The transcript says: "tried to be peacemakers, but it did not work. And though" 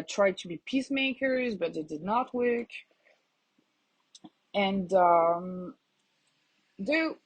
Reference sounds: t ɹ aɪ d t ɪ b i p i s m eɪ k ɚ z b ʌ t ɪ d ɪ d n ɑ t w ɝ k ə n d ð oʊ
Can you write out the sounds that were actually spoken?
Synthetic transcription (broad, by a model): t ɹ aɪ d t ɪ b i p i s m eɪ k ɚ z b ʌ t ɪ d ɪ d n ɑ t w ɝ k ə n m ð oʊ